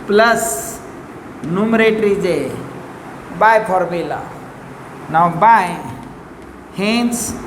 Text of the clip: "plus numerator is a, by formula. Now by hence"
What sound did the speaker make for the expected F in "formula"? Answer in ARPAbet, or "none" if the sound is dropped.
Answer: P